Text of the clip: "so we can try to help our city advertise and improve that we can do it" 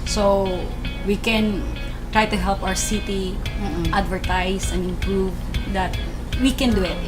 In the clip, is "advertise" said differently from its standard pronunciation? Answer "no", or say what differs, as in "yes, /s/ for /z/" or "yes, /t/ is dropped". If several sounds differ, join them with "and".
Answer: yes, /s/ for /z/